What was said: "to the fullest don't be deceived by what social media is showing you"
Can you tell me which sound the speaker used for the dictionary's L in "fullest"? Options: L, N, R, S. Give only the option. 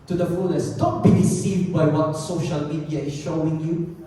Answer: N